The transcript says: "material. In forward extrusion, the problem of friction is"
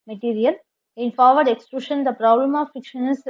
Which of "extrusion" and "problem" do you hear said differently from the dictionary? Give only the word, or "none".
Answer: extrusion